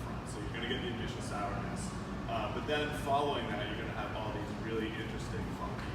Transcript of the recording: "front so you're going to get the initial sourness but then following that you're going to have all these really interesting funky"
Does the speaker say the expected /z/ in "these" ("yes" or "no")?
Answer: yes